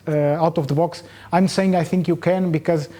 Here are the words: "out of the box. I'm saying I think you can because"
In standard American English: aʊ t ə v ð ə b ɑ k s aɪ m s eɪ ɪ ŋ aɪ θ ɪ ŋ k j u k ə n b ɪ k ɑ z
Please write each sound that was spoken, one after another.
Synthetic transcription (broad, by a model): aʊ t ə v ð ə b ɑ k s aɪ m s eɪ ɪ ŋ aɪ θ ɪ ŋ k j u k ə n b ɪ k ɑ z